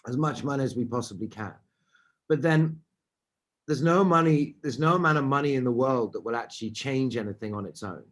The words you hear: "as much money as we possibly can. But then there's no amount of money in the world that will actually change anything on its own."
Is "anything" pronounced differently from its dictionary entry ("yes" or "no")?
no